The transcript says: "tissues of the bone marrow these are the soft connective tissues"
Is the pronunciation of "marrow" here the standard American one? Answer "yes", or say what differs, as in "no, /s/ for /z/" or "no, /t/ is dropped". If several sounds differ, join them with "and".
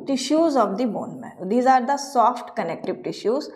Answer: no, /ɹ/ is dropped